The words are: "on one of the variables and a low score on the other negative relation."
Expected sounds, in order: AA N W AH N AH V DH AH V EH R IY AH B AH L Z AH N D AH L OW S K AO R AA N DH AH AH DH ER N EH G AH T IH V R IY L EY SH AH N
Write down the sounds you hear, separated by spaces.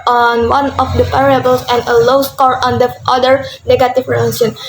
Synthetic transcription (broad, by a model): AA N W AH N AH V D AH P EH R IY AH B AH L S AH N D AH L OW S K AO R AA N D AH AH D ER N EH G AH T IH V R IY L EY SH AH N